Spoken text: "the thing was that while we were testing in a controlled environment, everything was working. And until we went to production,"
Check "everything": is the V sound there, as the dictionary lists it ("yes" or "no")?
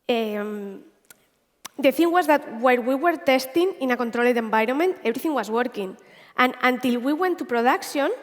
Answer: no